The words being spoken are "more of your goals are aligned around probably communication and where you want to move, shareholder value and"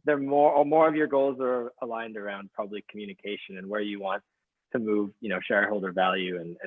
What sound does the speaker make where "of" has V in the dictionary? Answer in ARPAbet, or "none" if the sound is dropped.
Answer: V